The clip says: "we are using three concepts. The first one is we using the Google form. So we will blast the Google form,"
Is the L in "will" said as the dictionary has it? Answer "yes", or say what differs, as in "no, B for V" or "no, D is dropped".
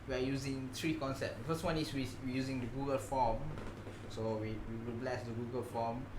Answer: no, W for L